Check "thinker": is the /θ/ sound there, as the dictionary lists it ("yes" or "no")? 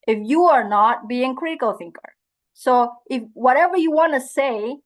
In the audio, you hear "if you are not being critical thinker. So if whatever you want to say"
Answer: yes